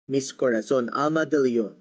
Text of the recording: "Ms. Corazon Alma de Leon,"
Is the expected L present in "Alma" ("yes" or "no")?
no